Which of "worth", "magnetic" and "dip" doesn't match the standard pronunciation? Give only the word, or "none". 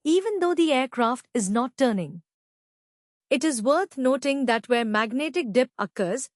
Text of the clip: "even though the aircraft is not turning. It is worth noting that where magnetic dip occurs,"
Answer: worth